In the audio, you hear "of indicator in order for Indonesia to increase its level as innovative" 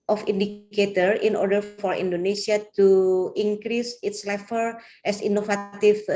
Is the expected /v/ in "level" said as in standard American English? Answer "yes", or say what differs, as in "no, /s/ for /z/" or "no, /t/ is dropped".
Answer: no, /f/ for /v/